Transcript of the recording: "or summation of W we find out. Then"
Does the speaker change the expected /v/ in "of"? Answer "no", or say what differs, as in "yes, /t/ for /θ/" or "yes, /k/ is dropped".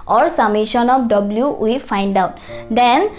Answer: yes, /p/ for /v/